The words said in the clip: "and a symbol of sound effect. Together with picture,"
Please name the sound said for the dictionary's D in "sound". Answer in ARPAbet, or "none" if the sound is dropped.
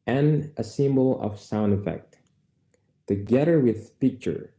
D